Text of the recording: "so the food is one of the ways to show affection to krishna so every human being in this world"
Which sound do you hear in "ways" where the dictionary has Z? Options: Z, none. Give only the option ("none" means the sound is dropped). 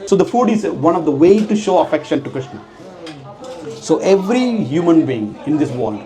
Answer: none